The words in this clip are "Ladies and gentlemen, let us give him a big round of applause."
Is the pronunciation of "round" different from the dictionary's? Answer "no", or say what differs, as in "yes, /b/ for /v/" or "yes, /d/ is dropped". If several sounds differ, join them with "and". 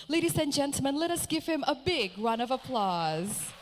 yes, /d/ is dropped